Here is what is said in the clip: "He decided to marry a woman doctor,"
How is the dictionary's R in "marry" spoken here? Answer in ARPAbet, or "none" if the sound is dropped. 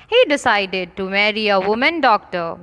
R